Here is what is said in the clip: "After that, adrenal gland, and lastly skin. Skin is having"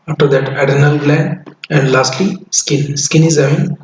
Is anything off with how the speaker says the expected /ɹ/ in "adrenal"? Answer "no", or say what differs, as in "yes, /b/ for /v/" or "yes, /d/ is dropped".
yes, /ɹ/ is dropped